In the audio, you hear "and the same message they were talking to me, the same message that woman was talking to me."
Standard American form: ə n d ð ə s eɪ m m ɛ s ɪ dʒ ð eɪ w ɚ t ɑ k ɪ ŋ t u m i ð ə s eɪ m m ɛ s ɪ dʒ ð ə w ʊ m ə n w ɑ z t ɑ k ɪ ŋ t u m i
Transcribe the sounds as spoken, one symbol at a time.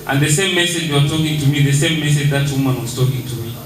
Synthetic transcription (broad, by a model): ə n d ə s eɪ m m ɛ s ɪ dʒ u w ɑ t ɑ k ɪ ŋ t u m i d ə s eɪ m m ɛ s ɪ dʒ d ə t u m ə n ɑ s t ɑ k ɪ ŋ t u m i